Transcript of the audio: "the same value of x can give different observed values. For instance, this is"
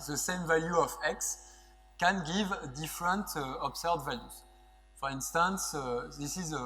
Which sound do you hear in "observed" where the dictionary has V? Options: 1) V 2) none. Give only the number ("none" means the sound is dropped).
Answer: 2